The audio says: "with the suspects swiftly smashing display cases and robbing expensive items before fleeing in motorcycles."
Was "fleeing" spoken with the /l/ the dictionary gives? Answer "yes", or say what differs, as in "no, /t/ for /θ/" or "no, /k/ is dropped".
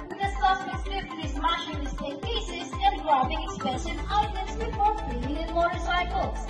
no, /l/ is dropped